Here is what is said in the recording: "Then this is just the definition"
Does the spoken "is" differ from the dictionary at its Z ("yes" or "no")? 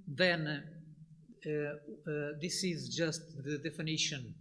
no